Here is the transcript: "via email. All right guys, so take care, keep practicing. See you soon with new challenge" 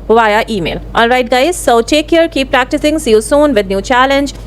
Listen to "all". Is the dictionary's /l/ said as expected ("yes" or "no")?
no